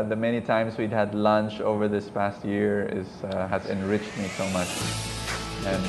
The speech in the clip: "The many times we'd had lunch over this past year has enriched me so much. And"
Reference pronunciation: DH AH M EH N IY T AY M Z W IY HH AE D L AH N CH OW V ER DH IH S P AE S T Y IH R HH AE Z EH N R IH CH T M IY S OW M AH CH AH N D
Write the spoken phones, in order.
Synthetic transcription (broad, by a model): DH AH M EH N IY T AY M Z W IY HH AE D L AH N CH OW V ER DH IH S P AE S T Y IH R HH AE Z EH N R IH CH T M IY S OW M AH CH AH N